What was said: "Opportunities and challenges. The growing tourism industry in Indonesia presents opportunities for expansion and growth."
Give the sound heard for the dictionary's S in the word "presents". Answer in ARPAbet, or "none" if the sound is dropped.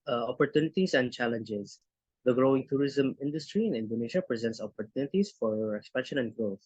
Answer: S